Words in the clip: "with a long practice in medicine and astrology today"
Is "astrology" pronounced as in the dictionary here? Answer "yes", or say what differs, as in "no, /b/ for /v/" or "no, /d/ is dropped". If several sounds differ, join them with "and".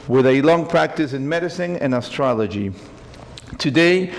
yes